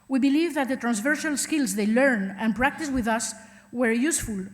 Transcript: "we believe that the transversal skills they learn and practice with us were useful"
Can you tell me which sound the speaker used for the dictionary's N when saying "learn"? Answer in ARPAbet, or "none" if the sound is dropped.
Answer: N